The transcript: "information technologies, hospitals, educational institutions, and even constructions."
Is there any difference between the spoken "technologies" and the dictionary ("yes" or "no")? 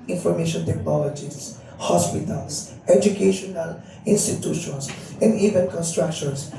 yes